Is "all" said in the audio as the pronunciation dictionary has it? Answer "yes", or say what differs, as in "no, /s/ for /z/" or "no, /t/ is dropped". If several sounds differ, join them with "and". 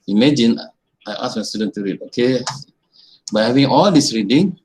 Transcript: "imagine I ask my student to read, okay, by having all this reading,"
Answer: yes